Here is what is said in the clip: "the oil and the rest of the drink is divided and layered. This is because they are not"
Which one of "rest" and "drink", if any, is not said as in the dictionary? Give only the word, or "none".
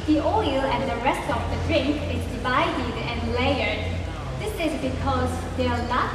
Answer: none